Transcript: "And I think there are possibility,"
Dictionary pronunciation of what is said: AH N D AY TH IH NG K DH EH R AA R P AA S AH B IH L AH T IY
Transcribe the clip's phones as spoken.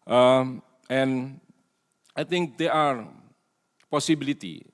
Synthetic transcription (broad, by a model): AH N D AY T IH NG K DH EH AA R P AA S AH B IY L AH T IY